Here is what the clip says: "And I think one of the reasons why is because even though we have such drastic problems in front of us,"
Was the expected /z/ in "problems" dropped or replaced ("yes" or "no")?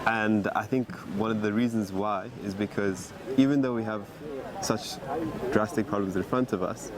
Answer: no